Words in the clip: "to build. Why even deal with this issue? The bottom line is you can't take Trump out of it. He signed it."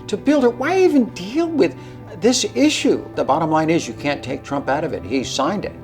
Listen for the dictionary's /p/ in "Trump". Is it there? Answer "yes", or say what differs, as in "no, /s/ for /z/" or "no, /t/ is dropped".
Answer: yes